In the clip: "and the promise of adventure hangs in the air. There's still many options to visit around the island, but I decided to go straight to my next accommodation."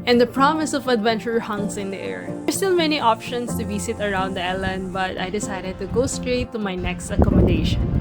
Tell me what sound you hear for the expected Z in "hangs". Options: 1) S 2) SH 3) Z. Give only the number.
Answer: 1